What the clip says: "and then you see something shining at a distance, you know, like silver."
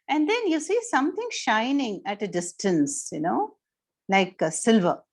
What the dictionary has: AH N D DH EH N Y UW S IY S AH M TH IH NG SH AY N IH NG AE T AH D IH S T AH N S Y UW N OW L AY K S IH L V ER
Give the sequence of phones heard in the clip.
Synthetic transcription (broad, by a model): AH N D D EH N Y UW S IY S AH M T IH NG SH AY N IH NG AE T AH D IH S T AH N S Y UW N OW L AY K S IH L V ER